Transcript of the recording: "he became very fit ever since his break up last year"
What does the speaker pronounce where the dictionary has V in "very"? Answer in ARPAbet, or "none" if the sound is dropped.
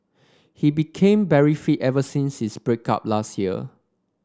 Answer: B